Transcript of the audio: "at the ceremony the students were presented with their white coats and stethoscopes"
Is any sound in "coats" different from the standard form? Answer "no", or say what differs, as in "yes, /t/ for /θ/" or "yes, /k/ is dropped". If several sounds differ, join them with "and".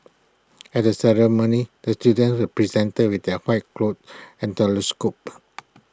yes, /s/ is dropped